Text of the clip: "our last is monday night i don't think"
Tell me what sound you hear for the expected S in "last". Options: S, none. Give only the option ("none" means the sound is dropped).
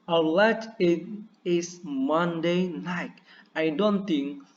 none